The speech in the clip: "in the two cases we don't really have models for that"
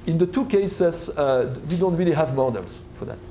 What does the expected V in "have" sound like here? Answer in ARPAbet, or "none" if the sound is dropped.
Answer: V